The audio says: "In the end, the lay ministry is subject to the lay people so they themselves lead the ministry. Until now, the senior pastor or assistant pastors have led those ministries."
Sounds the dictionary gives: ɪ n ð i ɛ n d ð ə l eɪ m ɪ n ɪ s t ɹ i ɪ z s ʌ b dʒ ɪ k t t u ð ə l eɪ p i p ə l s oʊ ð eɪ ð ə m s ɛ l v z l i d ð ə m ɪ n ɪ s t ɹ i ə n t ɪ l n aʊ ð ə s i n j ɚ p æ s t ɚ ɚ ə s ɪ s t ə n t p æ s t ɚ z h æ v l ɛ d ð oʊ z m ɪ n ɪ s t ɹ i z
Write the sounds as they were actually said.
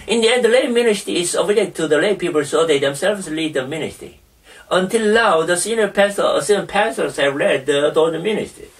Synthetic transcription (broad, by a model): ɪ n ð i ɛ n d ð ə l eɪ m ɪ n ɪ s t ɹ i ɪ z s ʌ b ɪ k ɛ t u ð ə l eɪ p i p ə l s oʊ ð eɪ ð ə m s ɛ l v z l i d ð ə m ɪ n ɪ s t ɹ i ə n t ɪ l n aʊ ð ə s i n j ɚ p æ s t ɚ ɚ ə s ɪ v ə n p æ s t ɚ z h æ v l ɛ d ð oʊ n m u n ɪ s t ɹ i